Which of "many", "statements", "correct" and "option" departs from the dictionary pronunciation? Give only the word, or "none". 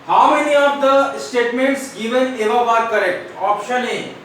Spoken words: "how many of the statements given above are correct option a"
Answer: none